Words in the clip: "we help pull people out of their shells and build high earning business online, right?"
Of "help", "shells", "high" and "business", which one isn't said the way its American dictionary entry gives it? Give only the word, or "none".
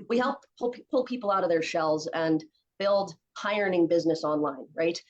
none